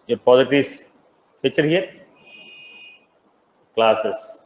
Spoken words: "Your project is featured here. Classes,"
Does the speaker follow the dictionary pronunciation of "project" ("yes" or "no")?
no